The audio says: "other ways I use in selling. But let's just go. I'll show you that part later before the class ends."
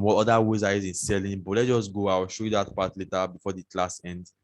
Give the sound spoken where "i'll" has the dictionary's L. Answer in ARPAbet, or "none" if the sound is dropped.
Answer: W